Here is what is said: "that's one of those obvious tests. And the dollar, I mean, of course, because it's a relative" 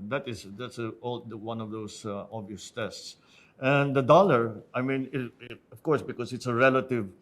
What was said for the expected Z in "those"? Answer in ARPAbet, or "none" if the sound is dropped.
S